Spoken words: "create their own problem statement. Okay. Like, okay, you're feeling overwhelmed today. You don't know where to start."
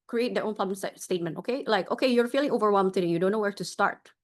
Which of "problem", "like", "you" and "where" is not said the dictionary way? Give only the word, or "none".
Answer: problem